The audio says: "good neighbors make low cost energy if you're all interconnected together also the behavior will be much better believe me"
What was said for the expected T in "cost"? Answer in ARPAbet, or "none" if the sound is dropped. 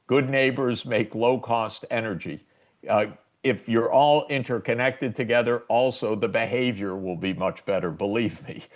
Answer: T